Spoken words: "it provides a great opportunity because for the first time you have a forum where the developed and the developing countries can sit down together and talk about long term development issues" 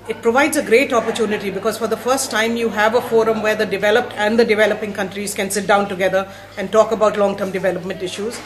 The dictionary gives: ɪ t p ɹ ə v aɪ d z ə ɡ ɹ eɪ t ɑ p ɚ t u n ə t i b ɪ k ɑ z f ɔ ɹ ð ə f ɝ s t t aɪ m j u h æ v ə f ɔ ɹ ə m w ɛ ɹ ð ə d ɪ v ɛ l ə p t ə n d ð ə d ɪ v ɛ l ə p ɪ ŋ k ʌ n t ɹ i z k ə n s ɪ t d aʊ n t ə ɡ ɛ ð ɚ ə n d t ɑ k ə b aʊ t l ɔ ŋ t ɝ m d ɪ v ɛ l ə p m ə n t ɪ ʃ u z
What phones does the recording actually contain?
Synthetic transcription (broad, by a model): ɪ t p ɹ ə v aɪ d z ə ɡ ɹ eɪ t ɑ p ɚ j u n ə t i b ɪ k ɑ z f ɔ ɹ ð ə f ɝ s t t aɪ m j u h æ v ə f ɔ ɹ ə m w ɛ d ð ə d ɪ v ɛ l ə p t ə n d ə d ɪ v ɛ l ə p ɪ ŋ k ʌ n t ɹ i z k ə n s ɪ t d aʊ n t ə ɡ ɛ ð ɚ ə n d t ɑ k ə b aʊ t l ɔ ŋ t ɝ m d ɪ v ɛ l ə p m ə n t ɪ ʃ u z